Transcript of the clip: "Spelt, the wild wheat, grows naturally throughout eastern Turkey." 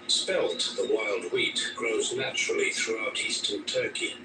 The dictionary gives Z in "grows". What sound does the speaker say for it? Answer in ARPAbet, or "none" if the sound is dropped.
Z